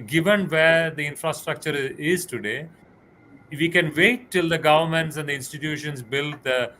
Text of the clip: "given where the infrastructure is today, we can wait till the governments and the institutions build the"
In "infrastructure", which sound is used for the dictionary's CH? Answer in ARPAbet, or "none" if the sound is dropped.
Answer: CH